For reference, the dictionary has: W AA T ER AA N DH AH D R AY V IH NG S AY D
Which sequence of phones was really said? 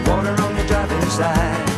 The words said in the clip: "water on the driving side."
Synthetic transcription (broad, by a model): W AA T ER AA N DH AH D AY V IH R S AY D